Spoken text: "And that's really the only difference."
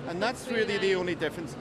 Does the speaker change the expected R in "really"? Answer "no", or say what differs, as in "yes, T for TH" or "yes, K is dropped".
yes, W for R